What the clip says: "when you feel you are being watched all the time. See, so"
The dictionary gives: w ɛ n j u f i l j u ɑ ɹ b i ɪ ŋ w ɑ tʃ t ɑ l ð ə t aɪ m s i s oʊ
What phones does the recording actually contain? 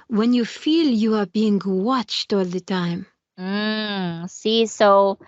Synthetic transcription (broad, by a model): w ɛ n j u f i l j u ɑ ɹ b i ɪ ŋ w ɑ tʃ t ɑ l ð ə t aɪ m s i s oʊ